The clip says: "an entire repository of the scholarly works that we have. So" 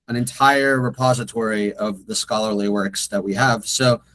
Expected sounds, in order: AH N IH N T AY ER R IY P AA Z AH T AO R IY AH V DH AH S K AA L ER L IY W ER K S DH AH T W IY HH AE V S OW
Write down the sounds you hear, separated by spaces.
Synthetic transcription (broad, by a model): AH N IH N T AY ER R IY P AA Z AH T AO R IY AH V DH AH S K AA L ER L IY W ER K S DH AH T W IY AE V S OW